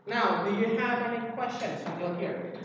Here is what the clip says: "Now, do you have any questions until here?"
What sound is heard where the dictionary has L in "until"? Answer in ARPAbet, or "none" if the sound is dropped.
N